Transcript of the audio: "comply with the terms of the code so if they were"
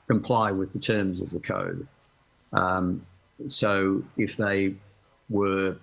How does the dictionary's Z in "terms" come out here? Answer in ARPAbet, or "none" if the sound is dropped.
Z